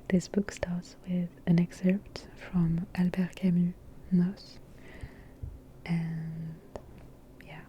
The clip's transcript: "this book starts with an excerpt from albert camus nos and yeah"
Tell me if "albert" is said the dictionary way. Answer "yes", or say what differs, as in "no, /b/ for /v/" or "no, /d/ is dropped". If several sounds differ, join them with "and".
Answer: yes